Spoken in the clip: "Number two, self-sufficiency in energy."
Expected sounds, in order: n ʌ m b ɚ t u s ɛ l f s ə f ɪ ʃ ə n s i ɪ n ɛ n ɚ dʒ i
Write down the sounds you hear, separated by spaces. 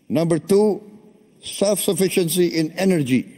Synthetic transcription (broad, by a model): n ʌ m b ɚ t u s ɛ l f s ə f ɪ ʃ ə n s i ɪ n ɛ n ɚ dʒ i